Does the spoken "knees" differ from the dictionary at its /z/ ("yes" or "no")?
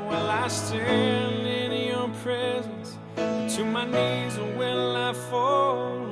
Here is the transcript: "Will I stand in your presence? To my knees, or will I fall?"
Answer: no